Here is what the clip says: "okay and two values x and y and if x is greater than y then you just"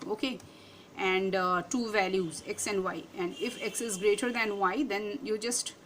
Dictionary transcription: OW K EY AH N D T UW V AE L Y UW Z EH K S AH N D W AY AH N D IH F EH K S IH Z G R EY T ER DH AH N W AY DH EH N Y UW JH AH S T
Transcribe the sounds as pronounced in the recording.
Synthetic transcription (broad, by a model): OW K EY AH N D T UW V AE L Y UW Z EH K S AH N D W AY AH N D IH F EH K S IH Z G R EY T ER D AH N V AY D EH N Y UW JH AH S T